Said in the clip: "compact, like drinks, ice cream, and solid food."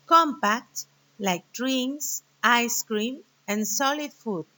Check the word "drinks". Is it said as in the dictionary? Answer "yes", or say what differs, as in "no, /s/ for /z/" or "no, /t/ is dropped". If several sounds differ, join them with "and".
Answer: no, /k/ is dropped